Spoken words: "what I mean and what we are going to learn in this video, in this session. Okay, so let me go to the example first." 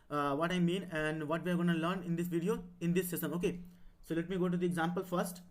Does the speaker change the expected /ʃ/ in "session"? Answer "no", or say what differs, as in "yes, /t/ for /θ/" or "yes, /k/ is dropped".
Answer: yes, /s/ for /ʃ/